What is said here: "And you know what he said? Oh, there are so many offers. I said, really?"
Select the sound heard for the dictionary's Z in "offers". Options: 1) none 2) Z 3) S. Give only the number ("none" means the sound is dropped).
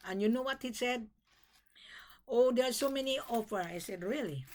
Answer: 1